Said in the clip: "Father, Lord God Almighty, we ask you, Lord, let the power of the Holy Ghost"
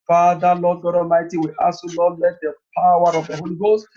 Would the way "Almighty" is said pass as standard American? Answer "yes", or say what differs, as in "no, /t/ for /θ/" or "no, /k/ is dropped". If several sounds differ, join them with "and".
no, /l/ is dropped